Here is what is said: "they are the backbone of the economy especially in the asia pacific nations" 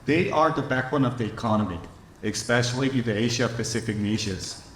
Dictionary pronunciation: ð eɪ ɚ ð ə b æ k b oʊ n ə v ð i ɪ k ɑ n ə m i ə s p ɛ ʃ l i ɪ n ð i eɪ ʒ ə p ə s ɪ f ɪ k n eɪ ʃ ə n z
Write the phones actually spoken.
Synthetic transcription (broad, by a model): ð eɪ ɚ ð ə b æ k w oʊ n ə v ð i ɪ k ɑ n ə m i ə s p ɛ ʃ l i ɪ n ð i eɪ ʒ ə p ə s ɪ f ɪ k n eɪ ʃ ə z